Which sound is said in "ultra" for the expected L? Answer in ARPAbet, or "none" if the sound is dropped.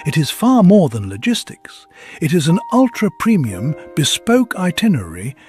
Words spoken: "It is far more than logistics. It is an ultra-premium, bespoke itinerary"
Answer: L